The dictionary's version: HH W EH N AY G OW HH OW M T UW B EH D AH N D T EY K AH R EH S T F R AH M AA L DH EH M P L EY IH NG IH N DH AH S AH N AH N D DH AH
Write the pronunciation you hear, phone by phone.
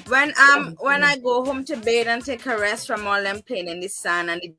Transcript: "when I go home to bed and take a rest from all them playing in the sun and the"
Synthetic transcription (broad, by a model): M W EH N AY G OW HH OW M T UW B EH D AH N T EY K AH R EH S T F R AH M AA L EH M P EY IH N IH N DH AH S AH N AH N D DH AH